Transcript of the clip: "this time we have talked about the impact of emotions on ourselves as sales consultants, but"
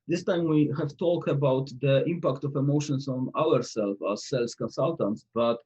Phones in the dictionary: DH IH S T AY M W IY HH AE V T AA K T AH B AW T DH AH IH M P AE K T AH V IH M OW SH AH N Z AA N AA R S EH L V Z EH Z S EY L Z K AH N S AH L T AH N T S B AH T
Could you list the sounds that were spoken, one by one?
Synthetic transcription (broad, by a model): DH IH S T AY M W IY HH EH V T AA K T AH B AW T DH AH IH M P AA K T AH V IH M OW SH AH N S AA N AA R S EH L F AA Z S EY L S K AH N S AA L T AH N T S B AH T